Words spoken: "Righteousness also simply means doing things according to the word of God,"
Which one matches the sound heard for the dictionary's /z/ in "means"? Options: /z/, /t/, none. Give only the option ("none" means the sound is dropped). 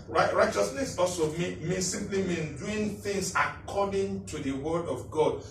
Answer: none